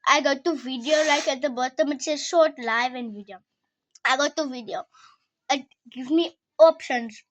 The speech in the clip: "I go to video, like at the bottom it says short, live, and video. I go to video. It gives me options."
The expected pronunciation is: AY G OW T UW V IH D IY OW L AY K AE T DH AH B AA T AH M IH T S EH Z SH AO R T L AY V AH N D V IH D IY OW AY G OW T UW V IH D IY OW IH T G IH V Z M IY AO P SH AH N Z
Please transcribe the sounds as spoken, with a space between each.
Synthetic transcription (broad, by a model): AY G OW T UW V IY D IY OW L AY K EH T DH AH B AA T AH M IH T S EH SH AO T L AY V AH N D V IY D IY OW AY G OW T UW V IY D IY OW IH T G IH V M IY AO P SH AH N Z